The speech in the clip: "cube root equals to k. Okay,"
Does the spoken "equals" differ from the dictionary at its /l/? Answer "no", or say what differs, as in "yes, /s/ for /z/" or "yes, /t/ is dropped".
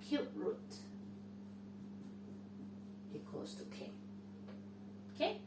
yes, /l/ is dropped